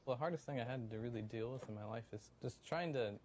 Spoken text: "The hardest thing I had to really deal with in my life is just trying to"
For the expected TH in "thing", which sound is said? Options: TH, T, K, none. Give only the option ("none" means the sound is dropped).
TH